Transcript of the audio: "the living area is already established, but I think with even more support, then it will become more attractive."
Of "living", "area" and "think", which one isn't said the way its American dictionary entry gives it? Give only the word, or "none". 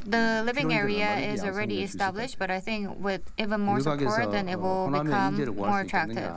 none